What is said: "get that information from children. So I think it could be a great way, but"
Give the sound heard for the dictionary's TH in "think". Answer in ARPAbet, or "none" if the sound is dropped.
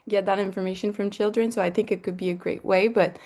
TH